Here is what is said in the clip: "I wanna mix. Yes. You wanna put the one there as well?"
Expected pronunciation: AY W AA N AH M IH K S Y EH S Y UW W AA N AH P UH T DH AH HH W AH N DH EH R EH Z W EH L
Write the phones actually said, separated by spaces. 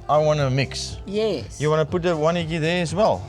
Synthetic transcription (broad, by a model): AY W AA N AH M IH K S Y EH Y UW W AA N AH P UH T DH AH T W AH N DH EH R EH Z W EH L